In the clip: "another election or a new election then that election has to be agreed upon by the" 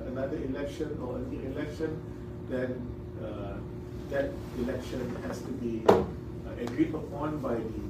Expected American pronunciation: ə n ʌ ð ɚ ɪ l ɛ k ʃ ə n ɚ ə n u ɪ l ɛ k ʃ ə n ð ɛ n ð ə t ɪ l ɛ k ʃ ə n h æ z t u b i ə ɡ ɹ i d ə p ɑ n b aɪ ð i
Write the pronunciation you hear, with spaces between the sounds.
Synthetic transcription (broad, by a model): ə n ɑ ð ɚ ɪ l ɛ k ʃ ə n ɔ ə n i ɪ l ɛ k ʃ ə n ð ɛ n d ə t ɪ l ɛ k ʃ ə n h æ s t u b i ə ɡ ɹ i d ə p ɑ n b aɪ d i